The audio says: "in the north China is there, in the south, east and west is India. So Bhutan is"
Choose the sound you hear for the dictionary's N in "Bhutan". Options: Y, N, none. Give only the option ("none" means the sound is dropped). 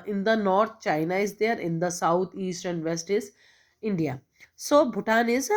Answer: N